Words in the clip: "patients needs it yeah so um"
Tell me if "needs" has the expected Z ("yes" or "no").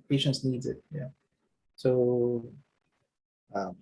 yes